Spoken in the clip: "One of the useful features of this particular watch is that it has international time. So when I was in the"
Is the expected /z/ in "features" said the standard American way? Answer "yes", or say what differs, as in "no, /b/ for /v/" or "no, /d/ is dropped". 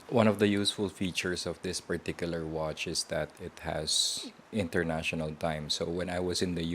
no, /s/ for /z/